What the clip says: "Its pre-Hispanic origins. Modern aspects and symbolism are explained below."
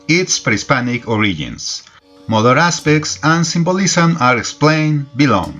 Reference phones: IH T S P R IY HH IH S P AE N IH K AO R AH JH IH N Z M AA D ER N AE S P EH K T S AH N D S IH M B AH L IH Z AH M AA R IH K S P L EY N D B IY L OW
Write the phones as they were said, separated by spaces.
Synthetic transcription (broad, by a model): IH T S P R IY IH S P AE N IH K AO R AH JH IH N S M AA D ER AE S P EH K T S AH N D S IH M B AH L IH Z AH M AA R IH K S P L EY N B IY L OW